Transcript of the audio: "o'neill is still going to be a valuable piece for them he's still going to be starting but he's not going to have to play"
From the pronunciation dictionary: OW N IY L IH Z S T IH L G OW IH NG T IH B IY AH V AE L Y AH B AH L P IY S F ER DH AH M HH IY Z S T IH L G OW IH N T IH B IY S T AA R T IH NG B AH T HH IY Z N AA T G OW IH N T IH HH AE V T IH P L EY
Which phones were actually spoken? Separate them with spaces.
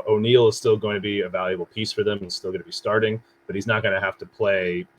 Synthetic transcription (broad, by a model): OW N IY L IH Z S T IH L G OW IH NG T IH B IY AH V AE L Y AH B L P IY S F ER DH AH M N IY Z S T IH L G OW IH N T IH B IY S T AA R T IH NG B AH T HH IY Z N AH T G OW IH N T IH HH AE F T IH P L EY